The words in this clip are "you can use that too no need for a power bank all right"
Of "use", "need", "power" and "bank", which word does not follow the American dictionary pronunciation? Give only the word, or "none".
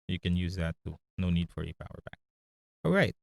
bank